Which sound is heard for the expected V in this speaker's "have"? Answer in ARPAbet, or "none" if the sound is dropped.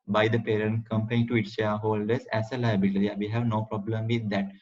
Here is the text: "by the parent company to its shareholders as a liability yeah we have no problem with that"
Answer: V